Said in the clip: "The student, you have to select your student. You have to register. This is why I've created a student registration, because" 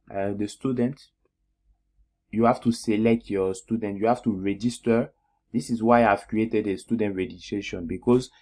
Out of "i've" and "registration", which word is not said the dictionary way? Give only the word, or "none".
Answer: registration